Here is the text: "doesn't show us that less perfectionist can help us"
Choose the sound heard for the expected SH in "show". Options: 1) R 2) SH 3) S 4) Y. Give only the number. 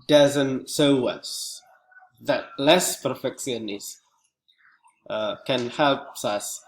3